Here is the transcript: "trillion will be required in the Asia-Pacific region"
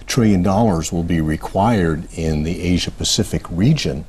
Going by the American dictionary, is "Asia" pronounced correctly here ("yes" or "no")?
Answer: yes